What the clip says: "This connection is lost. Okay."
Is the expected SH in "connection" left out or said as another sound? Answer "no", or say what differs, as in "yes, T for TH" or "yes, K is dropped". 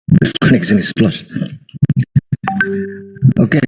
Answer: yes, S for SH